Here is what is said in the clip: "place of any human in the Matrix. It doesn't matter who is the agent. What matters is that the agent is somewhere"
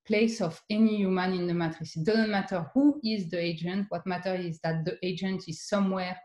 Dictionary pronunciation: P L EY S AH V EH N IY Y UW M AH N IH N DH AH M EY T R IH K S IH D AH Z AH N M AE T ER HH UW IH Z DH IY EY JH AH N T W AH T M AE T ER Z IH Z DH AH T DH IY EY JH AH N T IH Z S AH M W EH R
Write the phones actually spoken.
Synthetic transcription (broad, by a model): P L EY S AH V EH N IY Y UW M AH N IH N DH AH M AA T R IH S D AH Z AH N M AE T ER HH UW IH Z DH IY EY JH AH N T W AH T M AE T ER IH Z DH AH T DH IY EY JH AH N T IH Z S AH M W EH